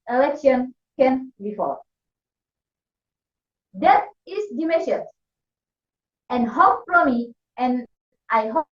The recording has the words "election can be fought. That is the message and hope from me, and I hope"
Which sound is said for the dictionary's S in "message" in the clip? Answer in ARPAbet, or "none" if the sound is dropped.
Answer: SH